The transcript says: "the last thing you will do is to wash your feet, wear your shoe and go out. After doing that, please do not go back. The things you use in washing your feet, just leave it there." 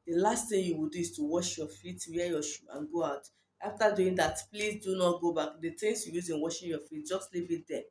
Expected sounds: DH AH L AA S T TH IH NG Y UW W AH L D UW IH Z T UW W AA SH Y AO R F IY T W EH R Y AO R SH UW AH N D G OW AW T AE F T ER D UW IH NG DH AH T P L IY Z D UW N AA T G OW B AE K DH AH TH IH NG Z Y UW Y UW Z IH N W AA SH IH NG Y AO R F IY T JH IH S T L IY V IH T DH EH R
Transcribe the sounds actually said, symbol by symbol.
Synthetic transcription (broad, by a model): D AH L AA S T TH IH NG Y UW W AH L D UW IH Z T UW W AA SH Y AO F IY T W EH Y AO SH UW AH N G OW AW T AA F T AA D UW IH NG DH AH T P L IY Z D UW N AA T G OW B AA K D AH T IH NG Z Y UW Y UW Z IH N W AA SH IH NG Y AO F IY T JH IH S T L IY V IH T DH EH